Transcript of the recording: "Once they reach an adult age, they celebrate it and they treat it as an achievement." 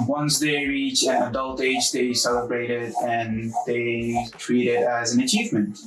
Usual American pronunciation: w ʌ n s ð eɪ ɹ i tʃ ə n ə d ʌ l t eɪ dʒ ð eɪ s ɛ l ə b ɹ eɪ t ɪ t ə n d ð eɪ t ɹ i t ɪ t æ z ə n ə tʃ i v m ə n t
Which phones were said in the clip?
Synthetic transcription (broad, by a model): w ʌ n s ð eɪ ɹ i tʃ ə n ə d ʌ l t eɪ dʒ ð eɪ s ɛ l ə b ɹ eɪ t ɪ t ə n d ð eɪ t ɹ i t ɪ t æ z ə n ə tʃ i v m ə n t